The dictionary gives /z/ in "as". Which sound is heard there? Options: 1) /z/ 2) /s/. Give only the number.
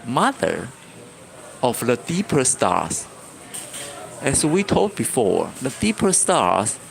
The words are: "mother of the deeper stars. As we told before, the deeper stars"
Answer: 2